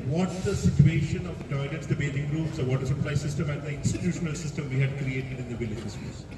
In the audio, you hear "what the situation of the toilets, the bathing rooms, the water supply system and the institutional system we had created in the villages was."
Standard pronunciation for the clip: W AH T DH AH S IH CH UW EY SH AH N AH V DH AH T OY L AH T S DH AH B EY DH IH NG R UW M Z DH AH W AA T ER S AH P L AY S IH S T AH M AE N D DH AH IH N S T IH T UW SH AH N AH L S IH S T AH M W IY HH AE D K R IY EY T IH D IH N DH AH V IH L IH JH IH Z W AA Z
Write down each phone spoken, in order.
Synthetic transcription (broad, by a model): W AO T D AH S IH CH UW EY SH AH N AH V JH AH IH N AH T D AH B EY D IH NG R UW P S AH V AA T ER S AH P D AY S IH S T AH M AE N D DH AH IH N S T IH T UW SH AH N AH L S IH S T AH M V IY HH AE D K R IY EY T IH D IH N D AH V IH L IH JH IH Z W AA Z